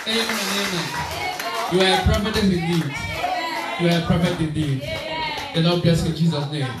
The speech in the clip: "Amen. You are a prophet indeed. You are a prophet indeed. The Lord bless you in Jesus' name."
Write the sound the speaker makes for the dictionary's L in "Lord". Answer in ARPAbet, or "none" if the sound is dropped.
N